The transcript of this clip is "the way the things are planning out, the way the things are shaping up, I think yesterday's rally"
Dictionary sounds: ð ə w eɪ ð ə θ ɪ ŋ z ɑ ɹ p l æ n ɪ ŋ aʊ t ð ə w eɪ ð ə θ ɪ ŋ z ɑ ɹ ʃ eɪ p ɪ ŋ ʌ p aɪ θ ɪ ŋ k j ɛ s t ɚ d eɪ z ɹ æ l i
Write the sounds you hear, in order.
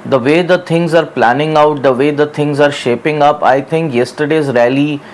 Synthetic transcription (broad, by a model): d ə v eɪ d ə t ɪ ŋ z ɑ ɹ p l æ n ɪ ŋ aʊ t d ə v eɪ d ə t ɪ ŋ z ɑ ɹ ʃ eɪ p ɪ ŋ ʌ p aɪ t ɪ ŋ k j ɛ s t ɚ d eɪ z ɹ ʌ l i